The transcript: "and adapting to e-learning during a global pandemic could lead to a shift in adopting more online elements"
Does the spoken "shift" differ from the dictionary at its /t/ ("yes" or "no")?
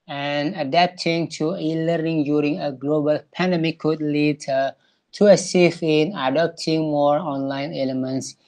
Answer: yes